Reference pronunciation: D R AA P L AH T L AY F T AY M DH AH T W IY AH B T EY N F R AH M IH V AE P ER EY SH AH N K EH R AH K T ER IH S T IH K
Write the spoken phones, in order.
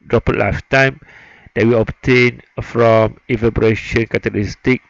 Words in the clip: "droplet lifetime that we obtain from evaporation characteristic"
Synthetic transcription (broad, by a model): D R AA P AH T L AY F T AY M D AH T W IY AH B T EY N F R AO M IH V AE B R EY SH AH N K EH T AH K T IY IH S T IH K